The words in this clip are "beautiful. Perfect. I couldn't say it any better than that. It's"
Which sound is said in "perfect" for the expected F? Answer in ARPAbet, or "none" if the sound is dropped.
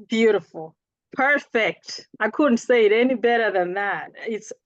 F